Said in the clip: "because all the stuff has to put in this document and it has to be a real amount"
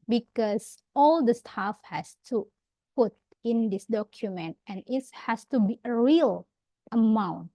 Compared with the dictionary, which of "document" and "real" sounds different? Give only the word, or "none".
none